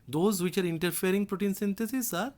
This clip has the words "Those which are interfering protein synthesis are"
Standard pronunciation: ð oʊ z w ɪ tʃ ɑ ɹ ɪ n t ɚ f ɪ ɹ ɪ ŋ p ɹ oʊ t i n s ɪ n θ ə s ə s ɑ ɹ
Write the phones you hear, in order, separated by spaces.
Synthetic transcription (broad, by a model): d oʊ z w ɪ tʃ ɑ ɹ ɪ n t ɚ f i ɹ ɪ ŋ p ɹ oʊ t i n s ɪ n t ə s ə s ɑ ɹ